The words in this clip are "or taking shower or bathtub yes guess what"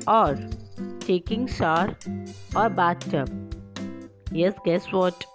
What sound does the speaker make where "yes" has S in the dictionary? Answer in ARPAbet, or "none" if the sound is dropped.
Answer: S